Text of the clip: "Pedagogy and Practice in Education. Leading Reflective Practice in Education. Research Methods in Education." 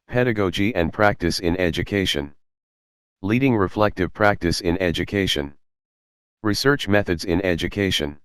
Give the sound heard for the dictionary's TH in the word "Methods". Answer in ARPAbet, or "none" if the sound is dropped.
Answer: TH